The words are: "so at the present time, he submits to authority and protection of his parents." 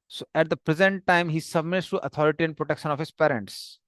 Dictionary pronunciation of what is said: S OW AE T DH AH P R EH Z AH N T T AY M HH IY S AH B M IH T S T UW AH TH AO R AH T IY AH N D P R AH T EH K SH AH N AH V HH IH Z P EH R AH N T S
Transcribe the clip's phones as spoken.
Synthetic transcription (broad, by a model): S OW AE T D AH P R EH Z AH N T T AY M HH IY S AH B M IH T S T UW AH T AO R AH T IY AH N D P R AH T EH K SH AH N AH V HH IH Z P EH R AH N T S